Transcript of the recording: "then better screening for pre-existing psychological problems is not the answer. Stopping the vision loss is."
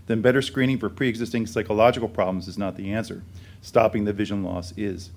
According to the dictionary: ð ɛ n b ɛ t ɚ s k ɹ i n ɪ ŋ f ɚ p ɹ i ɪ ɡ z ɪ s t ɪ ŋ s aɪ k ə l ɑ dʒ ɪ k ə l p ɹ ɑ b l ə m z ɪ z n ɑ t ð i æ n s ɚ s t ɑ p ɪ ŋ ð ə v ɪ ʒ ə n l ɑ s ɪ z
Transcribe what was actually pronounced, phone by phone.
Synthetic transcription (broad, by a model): ð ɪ n b ɛ t ɚ s k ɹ i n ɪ ŋ f ɚ p ɹ i ɪ ɡ z ɪ s t ɪ ŋ s aɪ k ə l ɑ dʒ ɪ k l p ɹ ɑ b l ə m z ɪ z n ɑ t ð i æ n s ɚ s t ɑ p ɪ ŋ ð ə v ɪ ʒ ə n l ɑ s ɪ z